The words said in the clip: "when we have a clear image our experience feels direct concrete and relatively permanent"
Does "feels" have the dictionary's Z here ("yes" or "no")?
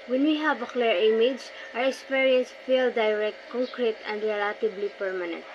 no